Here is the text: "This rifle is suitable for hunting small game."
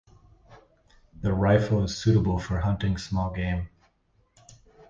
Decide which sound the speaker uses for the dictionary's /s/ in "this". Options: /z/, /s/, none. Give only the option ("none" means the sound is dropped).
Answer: none